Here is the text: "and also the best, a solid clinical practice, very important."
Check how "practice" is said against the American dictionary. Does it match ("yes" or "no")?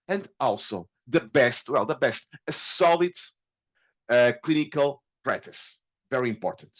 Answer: no